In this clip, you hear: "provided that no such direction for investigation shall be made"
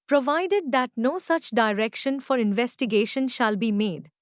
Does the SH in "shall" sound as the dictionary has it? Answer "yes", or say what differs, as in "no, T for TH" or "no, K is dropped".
yes